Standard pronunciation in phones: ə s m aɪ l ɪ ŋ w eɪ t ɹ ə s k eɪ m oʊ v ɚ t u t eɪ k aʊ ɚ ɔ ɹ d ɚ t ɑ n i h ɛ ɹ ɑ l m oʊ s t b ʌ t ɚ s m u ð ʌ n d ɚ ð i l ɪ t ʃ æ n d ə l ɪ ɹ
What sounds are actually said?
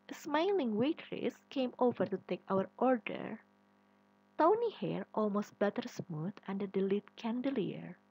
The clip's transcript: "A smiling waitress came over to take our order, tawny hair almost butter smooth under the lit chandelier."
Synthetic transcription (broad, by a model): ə s m aɪ l ɪ ŋ w eɪ t ɹ ə s k eɪ m oʊ v ɚ t u t eɪ k aʊ ɚ ɔ ɹ d ɚ t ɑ n i h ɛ ɹ ɑ l m oʊ s t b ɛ t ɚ s m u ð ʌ n d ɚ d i l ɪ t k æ n d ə l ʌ ɹ